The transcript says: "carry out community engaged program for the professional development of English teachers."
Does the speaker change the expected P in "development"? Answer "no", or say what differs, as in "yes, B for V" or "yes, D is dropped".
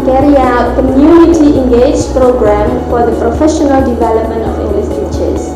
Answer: no